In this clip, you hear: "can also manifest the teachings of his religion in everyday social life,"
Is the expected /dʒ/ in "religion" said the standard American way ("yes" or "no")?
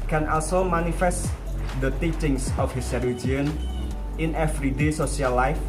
no